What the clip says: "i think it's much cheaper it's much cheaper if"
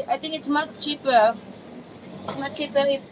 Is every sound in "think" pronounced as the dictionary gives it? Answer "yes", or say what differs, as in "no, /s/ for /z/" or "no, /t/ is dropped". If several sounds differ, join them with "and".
no, /t/ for /θ/